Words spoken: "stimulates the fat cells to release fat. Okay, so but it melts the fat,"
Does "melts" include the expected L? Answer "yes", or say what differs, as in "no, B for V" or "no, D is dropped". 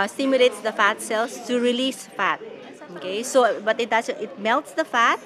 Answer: yes